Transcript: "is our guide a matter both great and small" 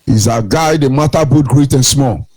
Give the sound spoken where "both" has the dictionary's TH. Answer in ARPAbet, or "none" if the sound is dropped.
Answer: T